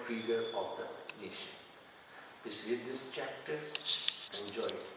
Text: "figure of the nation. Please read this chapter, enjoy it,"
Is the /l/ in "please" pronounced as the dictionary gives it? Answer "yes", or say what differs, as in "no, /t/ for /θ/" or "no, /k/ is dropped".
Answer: no, /l/ is dropped